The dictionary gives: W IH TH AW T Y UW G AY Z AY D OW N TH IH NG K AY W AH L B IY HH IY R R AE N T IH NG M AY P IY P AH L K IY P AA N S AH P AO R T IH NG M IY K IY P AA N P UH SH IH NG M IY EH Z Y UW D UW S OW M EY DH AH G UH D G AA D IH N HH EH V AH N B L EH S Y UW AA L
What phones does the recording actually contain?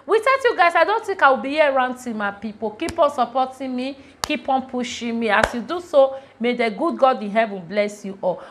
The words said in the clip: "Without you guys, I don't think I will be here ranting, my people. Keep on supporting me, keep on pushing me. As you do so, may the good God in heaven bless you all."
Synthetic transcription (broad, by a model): W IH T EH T Y UW G AY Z AY D OW N T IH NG K AY W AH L B IY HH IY R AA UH N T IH M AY P IY P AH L K IY P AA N S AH P AO T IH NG M IY K IY P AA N P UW SH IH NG M IY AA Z Y UW D UW S OW M EY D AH G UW D G AA D IH N HH EH V AH N B L EH S Y UW AA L